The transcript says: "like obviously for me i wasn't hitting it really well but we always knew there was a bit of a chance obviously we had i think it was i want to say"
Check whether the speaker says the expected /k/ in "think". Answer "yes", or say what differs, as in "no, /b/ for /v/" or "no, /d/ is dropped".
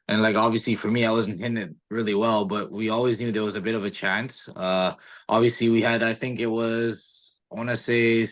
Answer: yes